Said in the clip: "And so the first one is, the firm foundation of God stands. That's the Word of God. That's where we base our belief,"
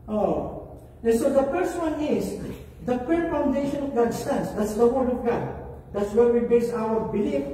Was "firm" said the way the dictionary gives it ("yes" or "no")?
no